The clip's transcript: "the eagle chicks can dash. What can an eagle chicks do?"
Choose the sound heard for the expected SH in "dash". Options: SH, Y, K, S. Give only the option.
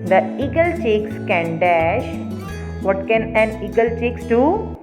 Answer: SH